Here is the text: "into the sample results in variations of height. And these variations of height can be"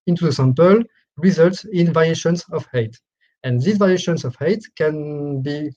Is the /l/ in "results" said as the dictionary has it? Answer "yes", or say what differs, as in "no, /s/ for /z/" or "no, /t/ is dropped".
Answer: yes